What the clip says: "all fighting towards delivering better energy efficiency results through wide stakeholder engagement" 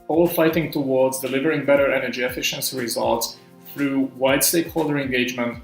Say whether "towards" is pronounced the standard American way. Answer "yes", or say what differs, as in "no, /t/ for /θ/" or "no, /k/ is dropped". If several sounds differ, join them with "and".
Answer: yes